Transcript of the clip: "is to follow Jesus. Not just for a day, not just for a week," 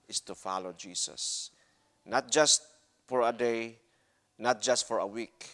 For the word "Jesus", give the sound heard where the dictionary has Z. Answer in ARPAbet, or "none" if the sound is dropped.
S